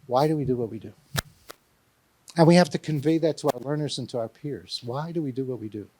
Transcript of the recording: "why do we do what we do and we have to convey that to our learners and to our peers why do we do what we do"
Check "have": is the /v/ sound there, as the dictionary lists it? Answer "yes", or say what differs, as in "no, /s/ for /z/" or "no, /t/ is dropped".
no, /f/ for /v/